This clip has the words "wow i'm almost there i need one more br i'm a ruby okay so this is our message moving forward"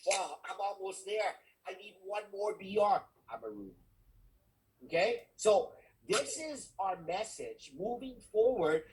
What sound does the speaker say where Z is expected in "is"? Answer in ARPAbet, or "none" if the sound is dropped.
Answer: Z